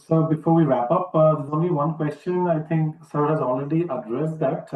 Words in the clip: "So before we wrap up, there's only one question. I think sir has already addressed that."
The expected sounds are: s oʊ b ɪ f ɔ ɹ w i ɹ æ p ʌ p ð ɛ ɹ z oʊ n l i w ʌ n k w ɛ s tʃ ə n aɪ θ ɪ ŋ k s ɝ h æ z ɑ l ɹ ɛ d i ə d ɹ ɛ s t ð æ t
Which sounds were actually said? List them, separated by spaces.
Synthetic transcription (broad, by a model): s oʊ b ɪ f ɔ ɹ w i ɹ æ p ʌ p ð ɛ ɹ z oʊ n l i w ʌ n k w ɛ s tʃ ə n aɪ t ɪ ŋ k s ɝ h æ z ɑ l ɹ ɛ d i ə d ɹ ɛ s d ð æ t